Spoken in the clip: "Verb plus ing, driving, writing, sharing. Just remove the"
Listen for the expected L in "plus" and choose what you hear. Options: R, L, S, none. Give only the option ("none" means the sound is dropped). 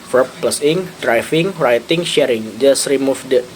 L